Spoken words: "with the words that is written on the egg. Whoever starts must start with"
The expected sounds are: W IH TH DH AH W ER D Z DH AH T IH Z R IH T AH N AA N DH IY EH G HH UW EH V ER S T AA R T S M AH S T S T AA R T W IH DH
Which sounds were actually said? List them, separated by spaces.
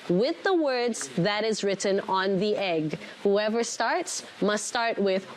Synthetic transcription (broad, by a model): W IH DH AH W ER D Z DH AH T IH Z R IH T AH N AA N DH IY EH G HH UW EH V ER S T AA R T S M AH S T S T AA R T W IH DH